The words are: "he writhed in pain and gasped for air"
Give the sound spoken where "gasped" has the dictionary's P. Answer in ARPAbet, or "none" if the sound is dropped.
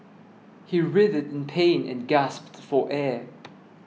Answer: P